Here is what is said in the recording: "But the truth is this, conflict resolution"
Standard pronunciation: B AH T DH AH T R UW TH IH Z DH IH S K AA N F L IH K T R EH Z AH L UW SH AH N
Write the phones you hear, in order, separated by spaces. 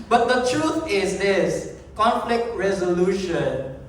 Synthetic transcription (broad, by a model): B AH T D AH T R UW T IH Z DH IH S K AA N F L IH K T R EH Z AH L UW SH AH N